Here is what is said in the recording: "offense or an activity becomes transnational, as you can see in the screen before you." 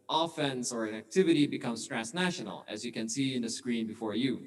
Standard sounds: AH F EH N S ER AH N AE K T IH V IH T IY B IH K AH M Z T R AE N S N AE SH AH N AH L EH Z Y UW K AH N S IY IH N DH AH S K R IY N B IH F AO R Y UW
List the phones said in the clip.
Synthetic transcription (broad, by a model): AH F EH N S ER AH N AE K T IH V IH T IY B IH K AH M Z T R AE S N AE SH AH N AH L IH Z Y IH K AH N S IY IH N DH AH S K R IY N B IH F AO R Y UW